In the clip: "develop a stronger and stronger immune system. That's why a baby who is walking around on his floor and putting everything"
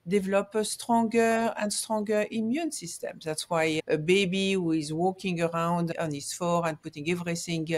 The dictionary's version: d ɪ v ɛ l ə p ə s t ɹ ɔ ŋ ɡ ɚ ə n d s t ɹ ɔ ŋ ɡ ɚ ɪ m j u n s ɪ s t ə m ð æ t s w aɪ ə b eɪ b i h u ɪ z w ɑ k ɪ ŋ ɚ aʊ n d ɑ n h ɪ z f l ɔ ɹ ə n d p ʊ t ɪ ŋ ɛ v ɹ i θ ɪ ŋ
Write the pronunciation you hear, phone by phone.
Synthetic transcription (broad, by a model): d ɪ v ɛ l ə p ə s t ɹ ɔ ŋ ɡ ɚ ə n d s t ɹ ɔ ŋ ɡ ɚ ɪ m j u n s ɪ s t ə m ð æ t s w aɪ ə b eɪ b i h u ɪ z w ɑ k ɪ ŋ ɚ aʊ n d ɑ n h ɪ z f ɔ ɹ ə n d p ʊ t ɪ ŋ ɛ v ɹ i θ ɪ ŋ